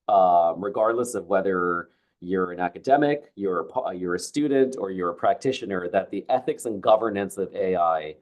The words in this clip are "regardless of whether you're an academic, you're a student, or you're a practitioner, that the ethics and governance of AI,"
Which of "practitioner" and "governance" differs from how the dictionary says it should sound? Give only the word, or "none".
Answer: none